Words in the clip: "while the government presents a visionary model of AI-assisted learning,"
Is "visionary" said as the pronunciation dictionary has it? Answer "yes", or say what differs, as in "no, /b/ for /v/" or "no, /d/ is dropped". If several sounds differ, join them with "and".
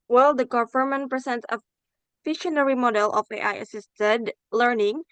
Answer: no, /f/ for /v/ and /ʃ/ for /ʒ/